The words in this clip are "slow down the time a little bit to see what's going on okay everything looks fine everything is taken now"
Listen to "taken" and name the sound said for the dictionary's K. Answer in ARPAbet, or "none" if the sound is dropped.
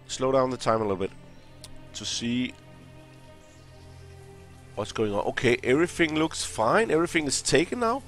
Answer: none